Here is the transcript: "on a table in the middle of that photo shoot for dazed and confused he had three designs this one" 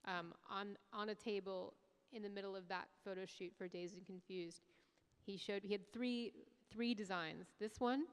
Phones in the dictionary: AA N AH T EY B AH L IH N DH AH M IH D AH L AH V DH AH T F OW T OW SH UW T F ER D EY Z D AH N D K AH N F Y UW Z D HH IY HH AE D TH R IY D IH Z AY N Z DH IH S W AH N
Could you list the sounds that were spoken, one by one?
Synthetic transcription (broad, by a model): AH N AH T EY B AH L IH N DH AH M IH D L AH V DH AH T F OW T OW SH UW T F ER D EY Z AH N K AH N F Y UW Z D HH IY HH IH D TH R IY D IH Z AY N Z DH IH S W AH N